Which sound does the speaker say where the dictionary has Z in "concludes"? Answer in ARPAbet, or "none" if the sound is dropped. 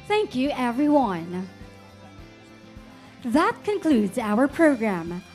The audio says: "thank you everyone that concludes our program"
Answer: Z